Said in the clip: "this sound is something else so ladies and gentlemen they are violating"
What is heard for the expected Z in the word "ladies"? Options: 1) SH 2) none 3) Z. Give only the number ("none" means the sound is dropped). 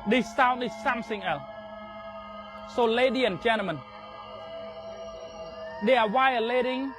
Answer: 2